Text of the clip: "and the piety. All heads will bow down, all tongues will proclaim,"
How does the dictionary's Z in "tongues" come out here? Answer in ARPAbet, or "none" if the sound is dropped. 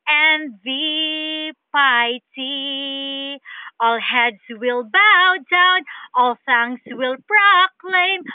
S